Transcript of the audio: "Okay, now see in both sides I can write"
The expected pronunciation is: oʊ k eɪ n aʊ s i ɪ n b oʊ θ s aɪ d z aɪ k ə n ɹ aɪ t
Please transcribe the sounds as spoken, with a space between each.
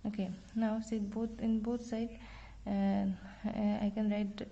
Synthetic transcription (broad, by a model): oʊ k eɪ n aʊ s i ɪ n b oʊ t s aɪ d aɪ k ə n ɹ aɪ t